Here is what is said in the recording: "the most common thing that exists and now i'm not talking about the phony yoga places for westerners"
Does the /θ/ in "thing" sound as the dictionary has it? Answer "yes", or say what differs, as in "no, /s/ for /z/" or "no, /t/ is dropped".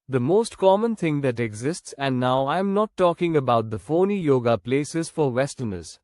no, /t/ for /θ/